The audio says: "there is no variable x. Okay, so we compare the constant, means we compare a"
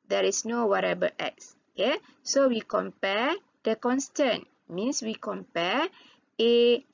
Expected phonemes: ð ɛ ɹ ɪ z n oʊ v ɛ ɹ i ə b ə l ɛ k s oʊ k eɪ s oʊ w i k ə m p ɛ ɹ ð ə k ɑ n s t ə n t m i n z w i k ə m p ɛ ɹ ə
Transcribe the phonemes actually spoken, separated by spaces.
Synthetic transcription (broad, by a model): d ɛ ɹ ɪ s n oʊ w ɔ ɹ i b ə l ɛ k s oʊ k eɪ s oʊ w i k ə m p ɛ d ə k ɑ n s t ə n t m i n s w i k ə m p ɛ ɹ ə